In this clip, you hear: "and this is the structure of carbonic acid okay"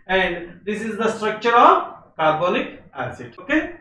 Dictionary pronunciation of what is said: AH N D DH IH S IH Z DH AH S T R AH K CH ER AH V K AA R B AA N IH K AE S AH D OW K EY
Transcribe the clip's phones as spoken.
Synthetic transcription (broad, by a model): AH N D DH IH S IH Z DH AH S T R AH K CH ER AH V K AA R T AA L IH K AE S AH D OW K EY